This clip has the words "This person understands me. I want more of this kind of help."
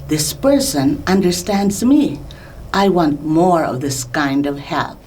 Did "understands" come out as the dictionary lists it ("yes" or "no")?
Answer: yes